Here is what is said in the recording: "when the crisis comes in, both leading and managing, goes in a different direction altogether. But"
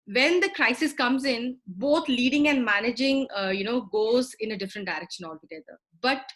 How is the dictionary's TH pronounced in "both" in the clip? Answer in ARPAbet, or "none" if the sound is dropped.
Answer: T